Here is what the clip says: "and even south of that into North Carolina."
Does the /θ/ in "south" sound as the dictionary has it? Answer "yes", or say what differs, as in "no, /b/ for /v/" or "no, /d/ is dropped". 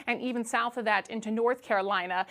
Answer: yes